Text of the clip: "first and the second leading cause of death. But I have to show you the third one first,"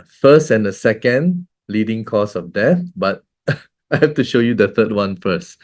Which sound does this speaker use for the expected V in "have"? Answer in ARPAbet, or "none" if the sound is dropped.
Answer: F